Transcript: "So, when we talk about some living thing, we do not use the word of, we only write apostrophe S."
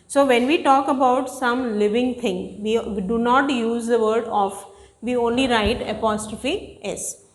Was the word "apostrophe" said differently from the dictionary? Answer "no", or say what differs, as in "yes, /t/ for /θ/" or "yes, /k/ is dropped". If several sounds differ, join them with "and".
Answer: no